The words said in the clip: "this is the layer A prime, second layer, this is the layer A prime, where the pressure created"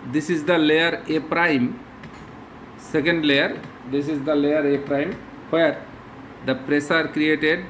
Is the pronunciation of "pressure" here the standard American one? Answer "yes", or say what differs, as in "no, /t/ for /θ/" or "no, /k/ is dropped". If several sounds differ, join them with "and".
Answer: no, /s/ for /ʃ/